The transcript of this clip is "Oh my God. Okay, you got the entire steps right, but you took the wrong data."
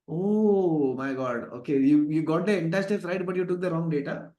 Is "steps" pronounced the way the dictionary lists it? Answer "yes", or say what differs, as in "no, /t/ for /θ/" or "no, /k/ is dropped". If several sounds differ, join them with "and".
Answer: no, /p/ is dropped